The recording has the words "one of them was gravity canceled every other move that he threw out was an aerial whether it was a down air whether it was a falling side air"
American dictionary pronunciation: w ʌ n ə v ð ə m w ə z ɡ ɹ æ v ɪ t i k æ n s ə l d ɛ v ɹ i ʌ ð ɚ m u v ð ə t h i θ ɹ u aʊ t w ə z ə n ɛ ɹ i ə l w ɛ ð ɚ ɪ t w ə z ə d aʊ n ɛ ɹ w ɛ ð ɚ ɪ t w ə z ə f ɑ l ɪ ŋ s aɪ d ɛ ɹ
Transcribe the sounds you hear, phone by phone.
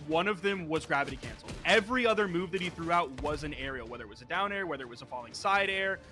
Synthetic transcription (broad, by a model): w ʌ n ə v ð ə m w ə z ɡ ɹ æ v ɪ t i k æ n s l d ɛ v ɹ i ʌ ð ɚ m u v ð ə t h i θ ɹ u aʊ t w ə z ə n ɛ ɹ i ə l w ɛ ð ɚ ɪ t w ə z ə d aʊ n ɛ ɹ w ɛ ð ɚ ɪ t w ə z ə f ɑ l ɪ ŋ s aɪ d ɛ ɹ